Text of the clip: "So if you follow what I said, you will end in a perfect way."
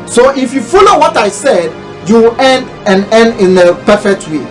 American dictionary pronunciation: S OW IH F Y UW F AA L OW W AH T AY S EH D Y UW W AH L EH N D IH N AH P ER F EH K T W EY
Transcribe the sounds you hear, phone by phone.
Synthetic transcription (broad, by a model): S OW IH F Y UW F AA L OW W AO T AY S EH D Y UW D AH N EH N D IH N AH P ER F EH K T W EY